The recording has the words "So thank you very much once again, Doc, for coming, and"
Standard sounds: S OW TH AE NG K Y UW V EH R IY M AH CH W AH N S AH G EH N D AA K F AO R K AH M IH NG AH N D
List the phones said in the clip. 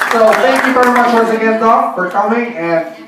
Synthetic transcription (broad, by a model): S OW T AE NG K Y UW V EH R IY M AH CH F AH S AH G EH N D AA F AO R K AH M IH NG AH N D